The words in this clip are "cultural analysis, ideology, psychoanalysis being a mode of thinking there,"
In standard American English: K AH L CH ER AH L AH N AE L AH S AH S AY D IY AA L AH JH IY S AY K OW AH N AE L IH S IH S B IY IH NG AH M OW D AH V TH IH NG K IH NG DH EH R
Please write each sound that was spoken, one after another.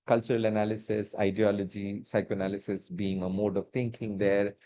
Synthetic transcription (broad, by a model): K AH L CH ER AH L AH N AE L AH S AH S AY D IY AA L AH JH IY S AY K OW AH N AE L IH S IH S B IY IH NG AH M OW D AH V T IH NG K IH NG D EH R